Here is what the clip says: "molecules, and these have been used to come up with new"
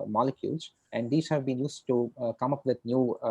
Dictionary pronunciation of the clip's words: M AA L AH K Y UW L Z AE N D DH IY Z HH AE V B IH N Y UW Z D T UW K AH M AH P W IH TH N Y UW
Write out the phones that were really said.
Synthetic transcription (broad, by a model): M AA L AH K Y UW L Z AE N D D IY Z HH AE V B IH N Y UW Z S T UW K AH M AH P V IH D N Y UW